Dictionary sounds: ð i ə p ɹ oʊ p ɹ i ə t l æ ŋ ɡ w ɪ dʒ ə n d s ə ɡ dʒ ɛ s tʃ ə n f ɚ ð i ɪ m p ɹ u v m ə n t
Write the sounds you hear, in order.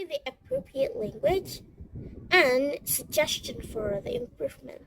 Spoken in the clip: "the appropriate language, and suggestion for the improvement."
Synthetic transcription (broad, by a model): ð i ə p ɹ oʊ p ɹ i ə t l æ ŋ ɡ w ɪ dʒ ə n s ə ɡ dʒ ɛ s tʃ ə n f ɚ ð i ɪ m p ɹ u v m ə n t